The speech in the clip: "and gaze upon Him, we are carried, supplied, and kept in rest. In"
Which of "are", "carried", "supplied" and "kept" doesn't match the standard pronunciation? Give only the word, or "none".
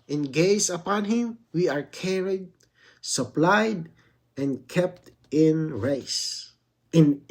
none